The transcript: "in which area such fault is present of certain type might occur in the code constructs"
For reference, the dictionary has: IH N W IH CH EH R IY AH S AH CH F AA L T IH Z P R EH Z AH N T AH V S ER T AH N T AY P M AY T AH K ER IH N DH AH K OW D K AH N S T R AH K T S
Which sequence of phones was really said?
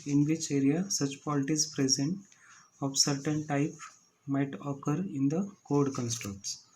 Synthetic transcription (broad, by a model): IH N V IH CH EH R IY AH S AH CH P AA L T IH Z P R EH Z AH N T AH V S ER T AH N T AY P M AY T AH K ER IH N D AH K OW D K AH N S T R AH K T S